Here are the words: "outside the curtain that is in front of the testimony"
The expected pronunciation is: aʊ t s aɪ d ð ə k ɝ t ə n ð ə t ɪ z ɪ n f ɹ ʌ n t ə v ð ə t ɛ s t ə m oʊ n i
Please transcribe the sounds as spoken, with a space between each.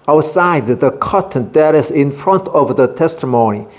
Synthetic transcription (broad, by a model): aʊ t s aɪ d ð ə k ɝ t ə n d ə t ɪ s ɪ n f ɹ ʌ n t ə v ð ə t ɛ s t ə m oʊ n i